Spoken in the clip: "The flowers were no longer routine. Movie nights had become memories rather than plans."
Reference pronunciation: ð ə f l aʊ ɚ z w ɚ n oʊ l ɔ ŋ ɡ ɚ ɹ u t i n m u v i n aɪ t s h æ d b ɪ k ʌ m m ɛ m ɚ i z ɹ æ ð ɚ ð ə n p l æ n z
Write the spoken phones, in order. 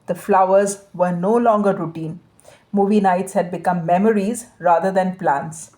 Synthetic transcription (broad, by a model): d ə f l aʊ ɚ z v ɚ n oʊ l ɔ ŋ ɡ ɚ ɹ u t i n m u v i n aɪ t s h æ d b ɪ k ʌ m m ɛ m ɚ i z ɹ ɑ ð ɚ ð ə n p l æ n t